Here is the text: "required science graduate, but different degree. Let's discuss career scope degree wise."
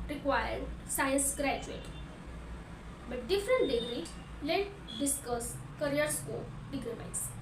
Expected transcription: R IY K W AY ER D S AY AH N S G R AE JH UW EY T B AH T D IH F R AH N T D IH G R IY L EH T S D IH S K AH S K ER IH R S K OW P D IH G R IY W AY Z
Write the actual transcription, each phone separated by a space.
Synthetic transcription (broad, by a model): R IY K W AY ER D S AY AH N S G R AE JH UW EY T B AH T D IH F R AH N T D IH G R IY L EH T D IH S K AH S K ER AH R S K OW P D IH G R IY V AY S